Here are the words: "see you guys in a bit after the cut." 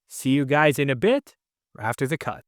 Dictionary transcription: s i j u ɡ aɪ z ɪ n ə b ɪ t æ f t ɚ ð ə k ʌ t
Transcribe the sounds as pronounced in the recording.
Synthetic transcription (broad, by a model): s i j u ɡ aɪ z ɪ n ə b ɪ t æ f t ɚ ð ə k ʌ t